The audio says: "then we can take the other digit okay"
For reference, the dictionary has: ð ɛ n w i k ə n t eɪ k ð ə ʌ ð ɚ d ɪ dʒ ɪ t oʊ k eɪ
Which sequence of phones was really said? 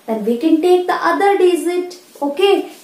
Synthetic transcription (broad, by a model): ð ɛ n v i k ə n t eɪ k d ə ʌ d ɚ d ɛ z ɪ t oʊ k eɪ